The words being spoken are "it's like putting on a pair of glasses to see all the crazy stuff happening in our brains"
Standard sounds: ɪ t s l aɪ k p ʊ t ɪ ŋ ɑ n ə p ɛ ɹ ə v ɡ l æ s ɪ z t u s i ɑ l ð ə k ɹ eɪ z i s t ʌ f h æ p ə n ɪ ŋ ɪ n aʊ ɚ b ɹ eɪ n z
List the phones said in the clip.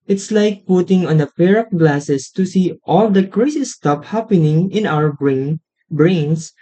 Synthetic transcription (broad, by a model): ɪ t s l aɪ k p ʊ t ɪ ŋ ɑ n ə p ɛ ɹ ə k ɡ l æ s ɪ s t u s i ɑ l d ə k ɹ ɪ s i s t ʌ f h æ p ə n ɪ ŋ ɪ n aʊ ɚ b ɹ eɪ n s